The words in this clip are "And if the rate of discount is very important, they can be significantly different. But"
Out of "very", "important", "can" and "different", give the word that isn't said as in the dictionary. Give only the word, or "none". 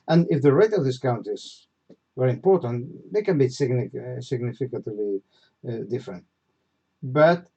very